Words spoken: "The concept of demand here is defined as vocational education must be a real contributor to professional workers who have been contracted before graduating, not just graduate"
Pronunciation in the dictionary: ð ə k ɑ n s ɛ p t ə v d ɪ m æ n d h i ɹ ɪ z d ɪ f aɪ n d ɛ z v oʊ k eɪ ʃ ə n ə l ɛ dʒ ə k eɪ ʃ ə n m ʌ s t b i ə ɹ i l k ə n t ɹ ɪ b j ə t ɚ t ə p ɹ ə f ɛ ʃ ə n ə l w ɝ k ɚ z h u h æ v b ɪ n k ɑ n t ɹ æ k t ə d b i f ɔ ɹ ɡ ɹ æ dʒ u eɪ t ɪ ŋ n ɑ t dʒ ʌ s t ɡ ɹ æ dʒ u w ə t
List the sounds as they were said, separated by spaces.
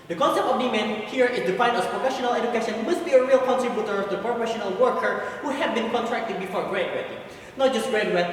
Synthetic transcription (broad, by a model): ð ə k ɑ n s ɛ p t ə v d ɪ m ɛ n h i ɹ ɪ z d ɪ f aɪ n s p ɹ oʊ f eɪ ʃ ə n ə l ɛ dʒ ə k eɪ ʃ ə n m ʌ s t b i ə ɹ i l k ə n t ɹ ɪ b j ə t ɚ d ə p ɹ ə f ɛ ʃ ə n ə l w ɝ k ɚ h u h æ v b ɪ n k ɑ n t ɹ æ k t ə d b i f ɔ ɹ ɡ ɹ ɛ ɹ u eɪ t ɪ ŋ n ɑ t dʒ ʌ s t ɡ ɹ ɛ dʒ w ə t